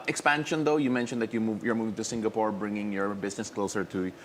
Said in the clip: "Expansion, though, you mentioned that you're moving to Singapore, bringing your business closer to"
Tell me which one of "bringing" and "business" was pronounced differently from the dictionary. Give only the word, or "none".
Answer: business